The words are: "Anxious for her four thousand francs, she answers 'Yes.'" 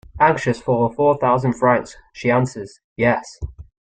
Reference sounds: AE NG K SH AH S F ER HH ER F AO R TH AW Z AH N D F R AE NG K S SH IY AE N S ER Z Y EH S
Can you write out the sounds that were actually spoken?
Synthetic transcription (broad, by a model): AE NG K SH AH S F ER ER F AO TH AW Z AH N D F R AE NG K S SH IY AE N S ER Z Y EH S